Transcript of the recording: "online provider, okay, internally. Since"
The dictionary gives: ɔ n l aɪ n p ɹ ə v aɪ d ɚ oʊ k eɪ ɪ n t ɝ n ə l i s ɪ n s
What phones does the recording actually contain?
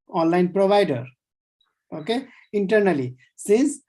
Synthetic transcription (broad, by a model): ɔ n l aɪ n p ɹ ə b aɪ d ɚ oʊ k eɪ ɪ n t ɝ n ə l i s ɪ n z